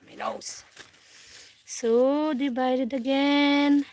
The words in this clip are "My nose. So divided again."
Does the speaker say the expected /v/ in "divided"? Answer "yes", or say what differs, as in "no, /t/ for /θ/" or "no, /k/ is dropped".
no, /b/ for /v/